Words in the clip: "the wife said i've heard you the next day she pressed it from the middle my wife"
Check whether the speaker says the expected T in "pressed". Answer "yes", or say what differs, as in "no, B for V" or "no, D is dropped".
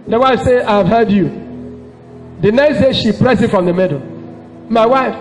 no, T is dropped